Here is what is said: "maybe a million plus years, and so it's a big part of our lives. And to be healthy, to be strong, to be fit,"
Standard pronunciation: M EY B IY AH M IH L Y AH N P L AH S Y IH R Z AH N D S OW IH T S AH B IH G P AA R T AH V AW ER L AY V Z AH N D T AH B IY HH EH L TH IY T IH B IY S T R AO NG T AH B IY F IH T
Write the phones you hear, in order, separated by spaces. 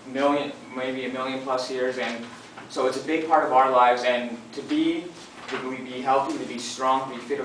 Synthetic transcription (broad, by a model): M EY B IY AH M IH L Y AH N P L AH S Y IH R Z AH N S OW IH T S AH B IH G P AA R T AH V AW ER L AY V Z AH N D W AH B IY HH EH L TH IY T IH B IY S T R AO NG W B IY F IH T